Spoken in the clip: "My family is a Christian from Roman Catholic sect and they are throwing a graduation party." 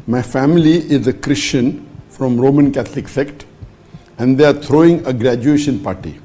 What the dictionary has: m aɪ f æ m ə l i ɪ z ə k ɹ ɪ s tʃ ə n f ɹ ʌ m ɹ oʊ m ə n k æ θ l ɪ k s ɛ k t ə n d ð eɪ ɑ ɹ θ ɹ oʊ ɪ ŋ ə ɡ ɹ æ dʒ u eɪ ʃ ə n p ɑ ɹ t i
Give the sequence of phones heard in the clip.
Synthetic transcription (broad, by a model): m aɪ f æ m ə l i ɪ z ə k ɹ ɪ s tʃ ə n f ɹ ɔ m ɹ oʊ m ə n k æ t l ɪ k s ɛ k t ə n d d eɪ ɑ ɹ t ɹ oʊ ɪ ŋ ə ɡ ɹ æ dʒ u eɪ ʃ ə n p ɑ ɹ t i